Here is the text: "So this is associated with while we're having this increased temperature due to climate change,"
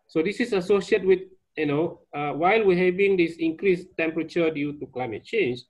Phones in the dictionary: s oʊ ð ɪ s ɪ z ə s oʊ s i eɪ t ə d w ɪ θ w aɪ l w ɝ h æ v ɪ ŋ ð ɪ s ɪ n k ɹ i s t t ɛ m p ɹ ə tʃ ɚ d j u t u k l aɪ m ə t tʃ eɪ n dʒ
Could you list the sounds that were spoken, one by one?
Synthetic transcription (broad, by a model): s oʊ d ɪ s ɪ s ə s oʊ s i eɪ t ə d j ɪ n w aɪ l w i h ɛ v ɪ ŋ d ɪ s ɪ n k ɹ i s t t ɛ m p ɹ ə tʃ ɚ d j u t u k l aɪ m ə t tʃ eɪ n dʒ